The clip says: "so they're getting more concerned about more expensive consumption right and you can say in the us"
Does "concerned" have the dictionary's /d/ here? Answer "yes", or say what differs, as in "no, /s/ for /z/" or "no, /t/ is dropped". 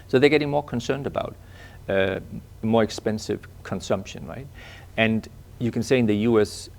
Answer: yes